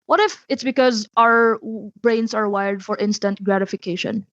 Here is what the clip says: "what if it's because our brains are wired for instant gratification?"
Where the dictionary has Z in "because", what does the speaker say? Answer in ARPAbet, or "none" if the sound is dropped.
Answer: Z